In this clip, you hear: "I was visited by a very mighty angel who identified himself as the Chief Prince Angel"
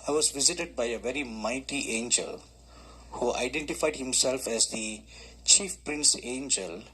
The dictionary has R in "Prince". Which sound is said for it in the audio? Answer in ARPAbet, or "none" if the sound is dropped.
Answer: R